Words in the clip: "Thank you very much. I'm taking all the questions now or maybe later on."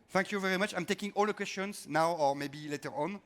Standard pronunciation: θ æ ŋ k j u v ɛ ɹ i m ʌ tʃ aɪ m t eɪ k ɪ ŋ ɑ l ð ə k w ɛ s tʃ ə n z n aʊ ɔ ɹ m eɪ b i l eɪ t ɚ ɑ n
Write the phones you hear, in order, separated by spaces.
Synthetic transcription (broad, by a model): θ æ ŋ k j u v ɛ ɹ i m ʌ tʃ aɪ m t eɪ k ɪ ŋ ɑ l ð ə k w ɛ s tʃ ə n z n aʊ ɔ ɹ m eɪ b i l eɪ t ɚ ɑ n